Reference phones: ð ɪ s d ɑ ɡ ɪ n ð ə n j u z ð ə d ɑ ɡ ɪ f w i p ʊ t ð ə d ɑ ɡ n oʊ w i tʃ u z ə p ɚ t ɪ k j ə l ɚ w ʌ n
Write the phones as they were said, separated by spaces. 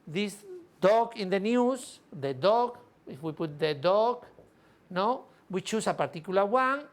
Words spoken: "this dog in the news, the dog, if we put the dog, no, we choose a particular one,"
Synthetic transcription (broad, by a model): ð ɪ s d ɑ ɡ ɪ n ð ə n j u s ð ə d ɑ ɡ ɪ f w i p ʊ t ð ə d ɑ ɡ n oʊ w i tʃ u s ə p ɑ t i k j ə l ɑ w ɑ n